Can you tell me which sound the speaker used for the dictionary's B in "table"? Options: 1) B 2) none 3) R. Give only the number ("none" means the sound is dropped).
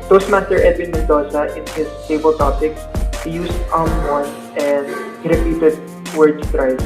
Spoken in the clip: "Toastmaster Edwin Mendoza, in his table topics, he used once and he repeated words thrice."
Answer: 1